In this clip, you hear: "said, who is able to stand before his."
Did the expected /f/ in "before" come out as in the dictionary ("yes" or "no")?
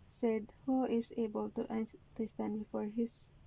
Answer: yes